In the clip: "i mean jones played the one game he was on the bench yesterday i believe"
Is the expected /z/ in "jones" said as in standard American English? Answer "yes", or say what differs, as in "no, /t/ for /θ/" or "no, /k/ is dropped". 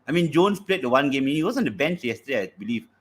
no, /s/ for /z/